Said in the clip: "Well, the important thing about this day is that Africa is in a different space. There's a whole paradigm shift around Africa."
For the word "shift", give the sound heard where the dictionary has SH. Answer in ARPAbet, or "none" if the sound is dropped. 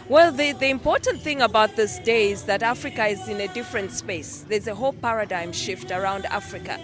SH